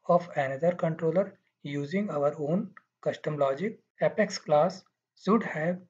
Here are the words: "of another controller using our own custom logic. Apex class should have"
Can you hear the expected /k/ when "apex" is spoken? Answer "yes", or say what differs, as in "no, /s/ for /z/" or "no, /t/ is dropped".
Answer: yes